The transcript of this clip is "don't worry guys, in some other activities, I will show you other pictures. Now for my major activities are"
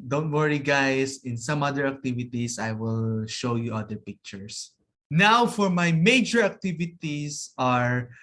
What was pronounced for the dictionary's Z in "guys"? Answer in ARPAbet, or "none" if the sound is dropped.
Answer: S